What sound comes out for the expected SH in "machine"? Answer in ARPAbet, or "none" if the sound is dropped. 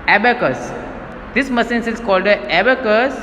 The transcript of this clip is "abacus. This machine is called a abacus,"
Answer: S